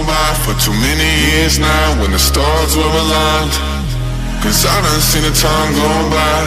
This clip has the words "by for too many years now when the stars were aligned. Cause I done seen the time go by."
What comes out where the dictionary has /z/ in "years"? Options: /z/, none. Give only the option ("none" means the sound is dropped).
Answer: /z/